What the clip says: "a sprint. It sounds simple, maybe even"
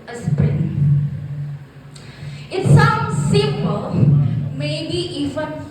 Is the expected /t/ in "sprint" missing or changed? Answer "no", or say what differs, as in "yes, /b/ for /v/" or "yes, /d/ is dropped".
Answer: yes, /t/ is dropped